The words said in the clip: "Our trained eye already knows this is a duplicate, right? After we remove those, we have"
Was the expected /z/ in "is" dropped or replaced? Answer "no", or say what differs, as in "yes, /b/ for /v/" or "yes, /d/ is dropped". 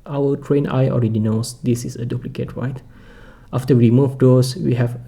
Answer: yes, /s/ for /z/